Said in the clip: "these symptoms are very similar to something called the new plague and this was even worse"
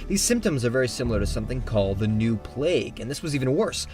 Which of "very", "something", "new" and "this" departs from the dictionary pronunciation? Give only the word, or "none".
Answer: none